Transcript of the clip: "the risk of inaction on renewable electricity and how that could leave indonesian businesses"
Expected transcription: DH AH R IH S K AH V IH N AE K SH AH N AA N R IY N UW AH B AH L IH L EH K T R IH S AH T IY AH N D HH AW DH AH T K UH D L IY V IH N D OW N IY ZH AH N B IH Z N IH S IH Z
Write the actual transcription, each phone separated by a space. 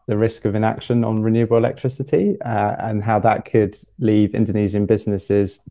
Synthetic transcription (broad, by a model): DH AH R IH S K AH V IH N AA K SH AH N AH N R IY N UW AH B AH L IH L EH K T R IH S AH T IY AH N HH AW DH AH T K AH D L IY V IH N D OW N IY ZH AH N B IH Z N IH S IH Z